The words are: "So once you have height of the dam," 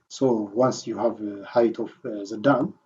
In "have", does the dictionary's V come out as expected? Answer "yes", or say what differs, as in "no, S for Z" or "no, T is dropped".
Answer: yes